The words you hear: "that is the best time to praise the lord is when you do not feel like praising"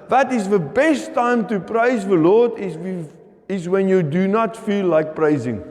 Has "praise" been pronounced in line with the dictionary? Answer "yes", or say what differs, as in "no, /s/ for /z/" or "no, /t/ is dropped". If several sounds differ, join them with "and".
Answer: yes